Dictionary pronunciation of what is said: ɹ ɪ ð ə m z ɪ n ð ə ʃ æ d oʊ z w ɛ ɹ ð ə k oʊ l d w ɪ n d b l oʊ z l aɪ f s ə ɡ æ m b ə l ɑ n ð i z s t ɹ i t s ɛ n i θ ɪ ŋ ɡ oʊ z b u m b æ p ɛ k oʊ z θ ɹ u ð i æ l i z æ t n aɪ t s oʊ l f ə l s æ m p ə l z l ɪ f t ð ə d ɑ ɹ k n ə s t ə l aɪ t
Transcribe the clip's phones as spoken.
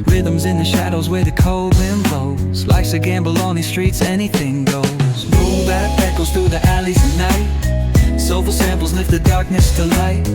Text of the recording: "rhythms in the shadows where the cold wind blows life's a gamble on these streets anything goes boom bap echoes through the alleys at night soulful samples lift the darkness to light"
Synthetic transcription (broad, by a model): ɹ ɪ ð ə m z ɪ n ð ə ʃ æ d oʊ z w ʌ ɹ ð ə k oʊ l d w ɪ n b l oʊ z l aɪ s ə ɡ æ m b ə l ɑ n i s t ɹ i t s ɛ n i θ ɪ ŋ ɡ oʊ z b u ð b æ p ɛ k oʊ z θ ɹ u ð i æ l i z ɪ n n aɪ t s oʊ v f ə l s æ m p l z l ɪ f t ð ə d ɑ ɹ k n ə s t ə l aɪ t